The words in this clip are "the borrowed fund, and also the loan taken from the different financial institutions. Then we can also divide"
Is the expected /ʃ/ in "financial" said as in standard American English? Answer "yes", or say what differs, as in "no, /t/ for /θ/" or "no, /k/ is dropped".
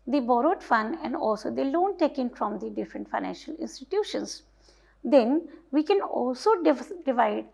yes